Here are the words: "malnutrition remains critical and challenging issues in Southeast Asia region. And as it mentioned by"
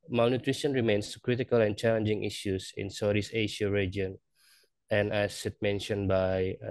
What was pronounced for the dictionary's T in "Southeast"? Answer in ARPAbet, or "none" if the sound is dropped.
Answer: none